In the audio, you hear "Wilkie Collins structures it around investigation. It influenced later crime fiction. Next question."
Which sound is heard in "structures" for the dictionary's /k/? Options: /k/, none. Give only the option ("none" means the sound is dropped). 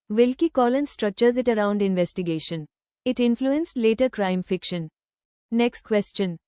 /k/